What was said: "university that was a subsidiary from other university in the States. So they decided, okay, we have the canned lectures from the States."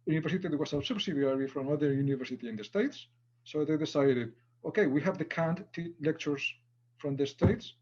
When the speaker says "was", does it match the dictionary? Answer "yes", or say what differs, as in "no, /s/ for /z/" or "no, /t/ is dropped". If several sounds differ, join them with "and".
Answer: no, /s/ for /z/